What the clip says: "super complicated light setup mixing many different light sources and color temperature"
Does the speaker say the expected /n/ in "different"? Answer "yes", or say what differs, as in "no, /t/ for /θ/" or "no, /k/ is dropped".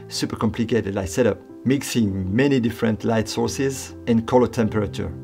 yes